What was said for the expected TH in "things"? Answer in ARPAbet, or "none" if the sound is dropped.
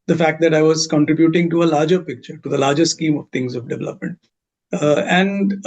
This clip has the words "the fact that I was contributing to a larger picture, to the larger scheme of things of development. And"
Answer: T